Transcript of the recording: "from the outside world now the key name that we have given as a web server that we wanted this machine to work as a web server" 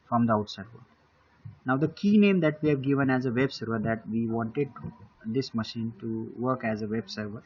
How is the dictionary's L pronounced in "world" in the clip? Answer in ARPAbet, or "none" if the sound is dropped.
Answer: none